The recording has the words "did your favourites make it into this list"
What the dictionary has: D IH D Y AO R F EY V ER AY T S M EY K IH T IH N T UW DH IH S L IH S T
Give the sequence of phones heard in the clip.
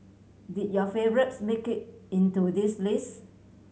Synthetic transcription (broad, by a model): D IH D Y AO F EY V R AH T S M EY K IH T IH N T UW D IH S L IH S